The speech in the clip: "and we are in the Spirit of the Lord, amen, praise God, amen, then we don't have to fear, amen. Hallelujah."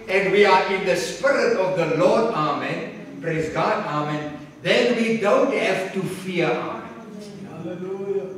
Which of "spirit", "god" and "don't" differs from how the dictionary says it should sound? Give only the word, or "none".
none